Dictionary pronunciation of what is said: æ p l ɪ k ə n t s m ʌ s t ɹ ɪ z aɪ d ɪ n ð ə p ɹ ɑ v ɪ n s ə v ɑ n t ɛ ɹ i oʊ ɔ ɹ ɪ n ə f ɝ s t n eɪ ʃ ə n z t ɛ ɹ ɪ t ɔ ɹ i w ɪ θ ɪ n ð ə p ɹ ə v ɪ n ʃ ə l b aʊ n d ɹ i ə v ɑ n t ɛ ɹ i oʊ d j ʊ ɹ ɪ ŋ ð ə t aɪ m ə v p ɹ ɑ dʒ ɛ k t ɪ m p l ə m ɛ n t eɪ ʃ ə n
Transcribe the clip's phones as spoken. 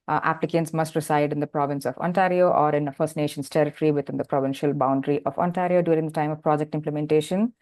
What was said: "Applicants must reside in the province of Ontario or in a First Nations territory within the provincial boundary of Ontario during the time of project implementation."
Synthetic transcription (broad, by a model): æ p l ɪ k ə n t s m ʌ s t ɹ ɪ s aɪ d ɪ n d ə p ɹ ɑ v ɪ n s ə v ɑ n t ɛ ɹ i oʊ ɔ ɹ ɪ n ə f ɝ s t n eɪ ʃ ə n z t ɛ ɹ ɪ t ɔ ɹ i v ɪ t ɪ n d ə p ɹ ə v ɪ n ʃ ə l b aʊ n d ɹ i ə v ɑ n t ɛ ɹ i oʊ d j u ɹ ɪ ŋ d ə t aɪ m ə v p ɹ ɑ dʒ ɛ k t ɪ m p l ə m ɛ n t eɪ ʃ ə n